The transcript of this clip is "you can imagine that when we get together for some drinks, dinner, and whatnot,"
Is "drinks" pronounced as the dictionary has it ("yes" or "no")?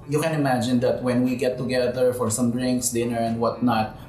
yes